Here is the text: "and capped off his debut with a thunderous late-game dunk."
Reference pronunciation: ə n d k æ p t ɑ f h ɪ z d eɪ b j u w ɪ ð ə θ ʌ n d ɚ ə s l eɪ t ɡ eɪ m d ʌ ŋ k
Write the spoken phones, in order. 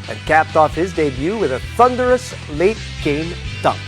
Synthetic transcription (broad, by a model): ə n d k æ p t ɑ f h ɪ z d eɪ b j u w ɪ ð ə θ ʌ n d ɚ ə s l eɪ t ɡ eɪ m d ʌ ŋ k